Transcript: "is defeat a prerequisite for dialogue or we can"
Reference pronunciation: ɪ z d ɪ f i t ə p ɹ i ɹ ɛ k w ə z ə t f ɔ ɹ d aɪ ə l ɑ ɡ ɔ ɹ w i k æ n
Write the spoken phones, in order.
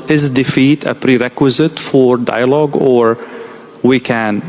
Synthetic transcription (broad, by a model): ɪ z d ɪ f i t ə p ɹ i ɹ ɛ k w ə z ə t f ɔ ɹ d aɪ ə l ɑ ɡ ɔ ɹ w i k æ n